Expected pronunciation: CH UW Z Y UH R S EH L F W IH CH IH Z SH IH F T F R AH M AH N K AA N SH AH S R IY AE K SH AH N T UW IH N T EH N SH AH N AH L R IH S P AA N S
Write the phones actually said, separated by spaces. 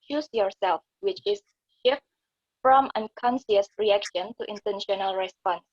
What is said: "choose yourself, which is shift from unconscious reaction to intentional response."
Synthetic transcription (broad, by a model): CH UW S Y UH R S EH L F W IH CH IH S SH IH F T F R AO M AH N K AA N S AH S R IY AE K SH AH N T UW IH N T EH N SH AH N AH L R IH S P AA N S